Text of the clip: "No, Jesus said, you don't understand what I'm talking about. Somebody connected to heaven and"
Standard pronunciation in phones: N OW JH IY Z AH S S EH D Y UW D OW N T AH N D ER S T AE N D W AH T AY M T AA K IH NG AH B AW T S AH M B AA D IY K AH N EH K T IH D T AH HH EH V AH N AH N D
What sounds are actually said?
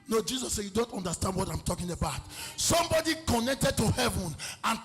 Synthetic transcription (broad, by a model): N OW JH IY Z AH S S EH Y UW D OW N T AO N D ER S T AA N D W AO T AY M T AA K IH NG AH B AW T S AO M B AA D IY K AH N EH K T IH D T AH HH EH V AH N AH N